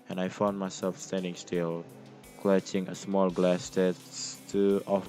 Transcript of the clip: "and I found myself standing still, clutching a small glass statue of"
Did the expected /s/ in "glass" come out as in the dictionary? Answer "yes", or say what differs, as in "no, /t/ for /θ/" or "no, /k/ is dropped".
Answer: yes